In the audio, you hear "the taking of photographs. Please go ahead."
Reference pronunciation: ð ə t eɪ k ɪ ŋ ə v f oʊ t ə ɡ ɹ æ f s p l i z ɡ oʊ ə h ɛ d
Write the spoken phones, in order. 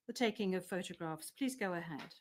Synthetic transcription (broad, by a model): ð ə t eɪ k ɪ ŋ ə v f oʊ t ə ɡ ɹ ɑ f s p l i z ɡ oʊ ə h ɛ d